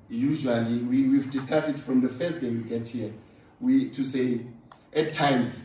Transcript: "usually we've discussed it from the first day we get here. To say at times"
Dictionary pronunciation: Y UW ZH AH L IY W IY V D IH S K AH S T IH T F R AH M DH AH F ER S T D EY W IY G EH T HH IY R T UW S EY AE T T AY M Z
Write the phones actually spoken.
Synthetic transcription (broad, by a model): Y UW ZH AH L IY W IY V D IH S K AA S IH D F R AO M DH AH F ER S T D EY W IY G EH T HH IY W T UW S EY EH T T AY M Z